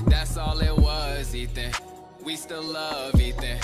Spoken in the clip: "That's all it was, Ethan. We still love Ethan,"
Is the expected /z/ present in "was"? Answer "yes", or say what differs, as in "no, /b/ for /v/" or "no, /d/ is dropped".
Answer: yes